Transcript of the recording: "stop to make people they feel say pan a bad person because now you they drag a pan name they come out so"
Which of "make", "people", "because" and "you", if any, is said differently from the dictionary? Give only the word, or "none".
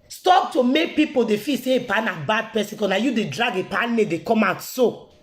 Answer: because